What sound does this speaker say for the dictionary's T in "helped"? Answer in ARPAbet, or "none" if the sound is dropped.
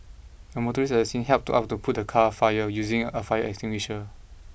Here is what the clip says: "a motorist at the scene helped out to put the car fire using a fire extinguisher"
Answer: T